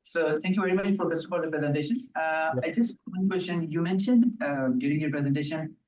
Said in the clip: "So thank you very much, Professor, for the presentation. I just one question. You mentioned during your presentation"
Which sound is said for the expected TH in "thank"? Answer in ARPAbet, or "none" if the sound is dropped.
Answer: T